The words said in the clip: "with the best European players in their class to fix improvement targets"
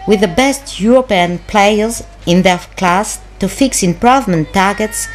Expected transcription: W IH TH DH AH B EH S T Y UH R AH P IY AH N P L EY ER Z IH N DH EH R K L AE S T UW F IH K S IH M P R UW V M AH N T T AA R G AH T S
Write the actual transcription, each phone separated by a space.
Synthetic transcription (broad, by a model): W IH DH AH B EH S T Y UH R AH P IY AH N P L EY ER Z IH N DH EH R K L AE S T UW F IH K S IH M P R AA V M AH N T T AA R G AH T S